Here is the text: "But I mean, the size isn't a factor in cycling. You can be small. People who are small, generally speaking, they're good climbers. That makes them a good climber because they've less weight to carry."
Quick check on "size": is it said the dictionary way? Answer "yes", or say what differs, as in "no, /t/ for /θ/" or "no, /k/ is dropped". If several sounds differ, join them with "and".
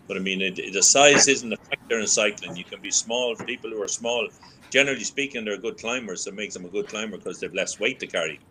yes